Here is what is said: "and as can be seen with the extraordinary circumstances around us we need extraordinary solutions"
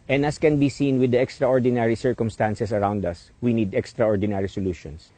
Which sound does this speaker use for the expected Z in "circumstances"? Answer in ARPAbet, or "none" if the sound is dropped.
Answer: S